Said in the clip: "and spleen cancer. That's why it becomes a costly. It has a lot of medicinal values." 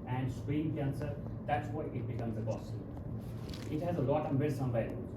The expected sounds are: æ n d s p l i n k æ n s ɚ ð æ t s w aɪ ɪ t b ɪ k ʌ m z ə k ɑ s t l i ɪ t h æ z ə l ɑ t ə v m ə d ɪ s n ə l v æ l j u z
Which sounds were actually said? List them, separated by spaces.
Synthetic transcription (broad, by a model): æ n d s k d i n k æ n s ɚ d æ t s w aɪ ɪ t b ɪ k ʌ m z ə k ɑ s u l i ɪ t h æ z ə l ɑ t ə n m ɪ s ə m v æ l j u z